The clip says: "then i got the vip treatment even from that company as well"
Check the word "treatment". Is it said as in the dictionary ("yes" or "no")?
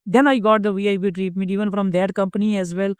no